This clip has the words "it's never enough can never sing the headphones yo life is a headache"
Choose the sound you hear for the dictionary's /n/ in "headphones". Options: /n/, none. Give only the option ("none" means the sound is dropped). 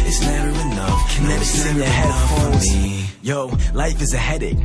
none